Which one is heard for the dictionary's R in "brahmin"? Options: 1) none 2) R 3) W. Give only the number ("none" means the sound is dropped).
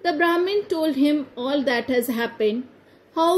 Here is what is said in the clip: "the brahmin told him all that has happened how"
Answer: 2